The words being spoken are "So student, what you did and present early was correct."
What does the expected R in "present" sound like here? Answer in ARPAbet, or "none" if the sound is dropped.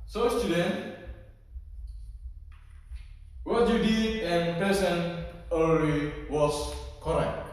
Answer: none